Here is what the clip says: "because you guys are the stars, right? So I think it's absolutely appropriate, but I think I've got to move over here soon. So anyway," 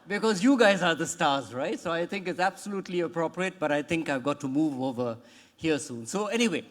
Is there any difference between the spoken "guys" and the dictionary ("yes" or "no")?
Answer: no